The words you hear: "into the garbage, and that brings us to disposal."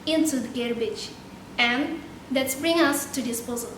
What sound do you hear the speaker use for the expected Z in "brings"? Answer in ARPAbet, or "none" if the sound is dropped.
none